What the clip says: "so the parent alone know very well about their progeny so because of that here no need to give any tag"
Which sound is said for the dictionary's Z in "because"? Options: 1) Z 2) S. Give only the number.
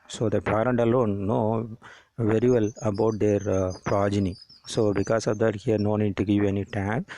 2